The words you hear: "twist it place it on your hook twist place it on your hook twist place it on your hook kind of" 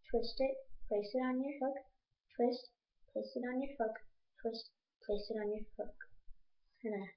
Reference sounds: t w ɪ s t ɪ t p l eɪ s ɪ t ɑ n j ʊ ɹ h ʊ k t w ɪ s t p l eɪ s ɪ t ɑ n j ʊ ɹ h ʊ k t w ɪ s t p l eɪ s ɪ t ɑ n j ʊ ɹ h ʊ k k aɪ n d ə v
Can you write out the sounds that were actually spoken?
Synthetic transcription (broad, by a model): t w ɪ s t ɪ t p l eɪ s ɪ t ɑ n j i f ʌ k t w ɪ s t p l eɪ s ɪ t ɑ n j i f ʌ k t w ɪ s t p l eɪ s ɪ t ɑ n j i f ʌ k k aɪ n ə